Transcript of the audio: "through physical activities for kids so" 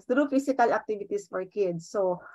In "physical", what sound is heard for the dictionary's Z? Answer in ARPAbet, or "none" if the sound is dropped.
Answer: S